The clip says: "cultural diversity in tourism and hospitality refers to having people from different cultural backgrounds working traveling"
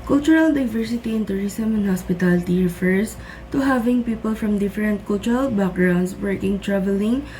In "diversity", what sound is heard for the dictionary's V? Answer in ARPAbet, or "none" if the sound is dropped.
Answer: V